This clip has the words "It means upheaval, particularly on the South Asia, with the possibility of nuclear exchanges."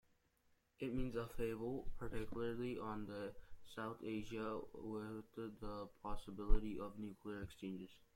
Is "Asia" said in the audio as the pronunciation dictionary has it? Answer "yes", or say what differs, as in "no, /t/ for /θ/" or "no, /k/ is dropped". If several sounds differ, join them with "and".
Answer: yes